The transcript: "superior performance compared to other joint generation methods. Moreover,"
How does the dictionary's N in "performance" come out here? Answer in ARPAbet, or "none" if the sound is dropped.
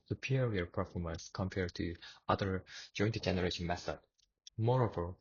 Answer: N